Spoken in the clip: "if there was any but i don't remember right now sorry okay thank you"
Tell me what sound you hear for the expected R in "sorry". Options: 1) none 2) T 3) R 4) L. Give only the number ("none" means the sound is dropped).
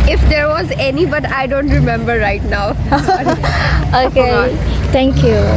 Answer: 1